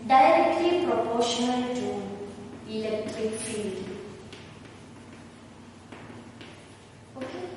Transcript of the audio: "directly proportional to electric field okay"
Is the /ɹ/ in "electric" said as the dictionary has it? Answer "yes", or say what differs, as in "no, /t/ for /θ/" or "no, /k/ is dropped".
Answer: yes